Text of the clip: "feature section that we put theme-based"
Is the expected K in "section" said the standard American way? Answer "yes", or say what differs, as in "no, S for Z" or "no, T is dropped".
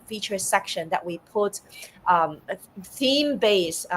yes